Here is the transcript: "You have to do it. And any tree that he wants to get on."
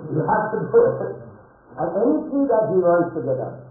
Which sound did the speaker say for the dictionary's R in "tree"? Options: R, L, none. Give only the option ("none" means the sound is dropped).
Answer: none